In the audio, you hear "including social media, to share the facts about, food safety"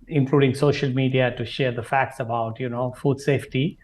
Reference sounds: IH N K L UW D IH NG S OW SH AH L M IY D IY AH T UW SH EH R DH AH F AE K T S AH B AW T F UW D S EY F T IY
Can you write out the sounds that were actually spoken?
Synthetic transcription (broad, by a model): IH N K L UW D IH NG S OW SH AH L M IY D IY AH T UW SH EH R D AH F AE K T S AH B AW T F UW D S EY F T IY